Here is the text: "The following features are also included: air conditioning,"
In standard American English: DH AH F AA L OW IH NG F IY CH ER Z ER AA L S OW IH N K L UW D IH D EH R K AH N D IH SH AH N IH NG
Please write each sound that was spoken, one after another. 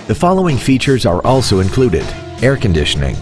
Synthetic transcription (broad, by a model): DH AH F AA L OW IH NG F IY CH ER Z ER AA L S OW IH N K L UW D IH D EH R K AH N D IH SH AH N IH NG